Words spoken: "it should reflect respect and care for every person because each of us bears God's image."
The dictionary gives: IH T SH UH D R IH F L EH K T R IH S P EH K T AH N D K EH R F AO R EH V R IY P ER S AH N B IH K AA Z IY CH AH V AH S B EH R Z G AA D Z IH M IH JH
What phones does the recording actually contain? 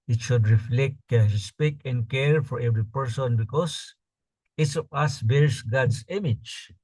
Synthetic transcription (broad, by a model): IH T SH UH D R IH F L EH K T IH S P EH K AH N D K EH R F AO R EH V R IY P ER S AH N B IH K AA S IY S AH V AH S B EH R S G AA D S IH M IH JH